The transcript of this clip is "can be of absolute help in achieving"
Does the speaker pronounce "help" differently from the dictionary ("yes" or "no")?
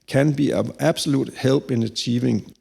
yes